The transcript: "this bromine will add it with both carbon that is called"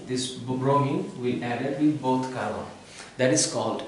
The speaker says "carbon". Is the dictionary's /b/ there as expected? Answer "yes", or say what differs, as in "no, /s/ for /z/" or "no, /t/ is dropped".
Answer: no, /b/ is dropped